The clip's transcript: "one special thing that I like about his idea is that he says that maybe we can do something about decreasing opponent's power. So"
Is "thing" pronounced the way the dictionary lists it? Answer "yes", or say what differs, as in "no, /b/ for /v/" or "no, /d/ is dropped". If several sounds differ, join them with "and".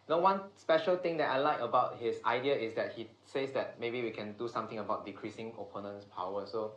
no, /t/ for /θ/